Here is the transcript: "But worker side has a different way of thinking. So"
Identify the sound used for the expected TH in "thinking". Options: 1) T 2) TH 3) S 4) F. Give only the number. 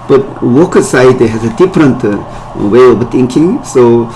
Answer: 1